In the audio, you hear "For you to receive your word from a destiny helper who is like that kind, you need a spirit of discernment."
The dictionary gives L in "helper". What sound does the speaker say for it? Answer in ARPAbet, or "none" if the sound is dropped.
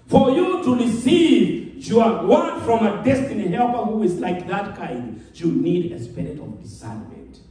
L